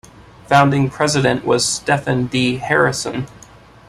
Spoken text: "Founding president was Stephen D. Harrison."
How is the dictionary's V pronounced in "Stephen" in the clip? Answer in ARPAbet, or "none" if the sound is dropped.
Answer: F